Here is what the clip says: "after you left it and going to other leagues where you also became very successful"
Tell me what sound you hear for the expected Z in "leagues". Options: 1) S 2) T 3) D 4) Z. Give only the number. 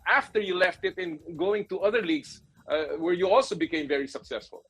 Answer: 1